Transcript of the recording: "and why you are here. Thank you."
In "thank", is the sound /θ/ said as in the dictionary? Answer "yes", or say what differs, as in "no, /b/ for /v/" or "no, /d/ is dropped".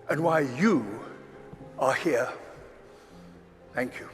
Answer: yes